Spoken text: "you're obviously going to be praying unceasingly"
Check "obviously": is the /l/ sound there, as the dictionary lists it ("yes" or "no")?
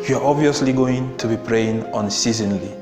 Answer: yes